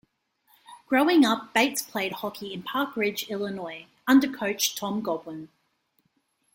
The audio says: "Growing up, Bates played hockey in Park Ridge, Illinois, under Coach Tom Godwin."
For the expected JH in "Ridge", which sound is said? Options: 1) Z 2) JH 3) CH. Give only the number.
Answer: 2